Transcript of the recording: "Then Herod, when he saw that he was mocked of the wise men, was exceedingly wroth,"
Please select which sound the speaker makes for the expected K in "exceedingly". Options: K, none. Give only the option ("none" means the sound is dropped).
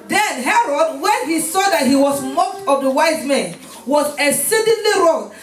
none